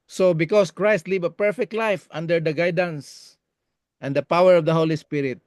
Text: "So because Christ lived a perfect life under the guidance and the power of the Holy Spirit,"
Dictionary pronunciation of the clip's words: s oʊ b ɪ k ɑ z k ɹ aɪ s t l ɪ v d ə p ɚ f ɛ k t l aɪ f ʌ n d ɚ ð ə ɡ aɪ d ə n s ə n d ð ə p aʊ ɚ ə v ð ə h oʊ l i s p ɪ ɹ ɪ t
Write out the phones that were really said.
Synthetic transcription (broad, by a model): s oʊ b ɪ k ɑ s k ɹ aɪ s t l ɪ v ə p ɚ f ɛ k t l aɪ f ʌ n d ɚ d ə ɡ aɪ d ə n s ə n d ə p aʊ ɚ ə v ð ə h oʊ l i s p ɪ ɹ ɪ t